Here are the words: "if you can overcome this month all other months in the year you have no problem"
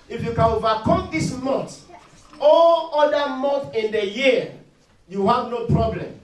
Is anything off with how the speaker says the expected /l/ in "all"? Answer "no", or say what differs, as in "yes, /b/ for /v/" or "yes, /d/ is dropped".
no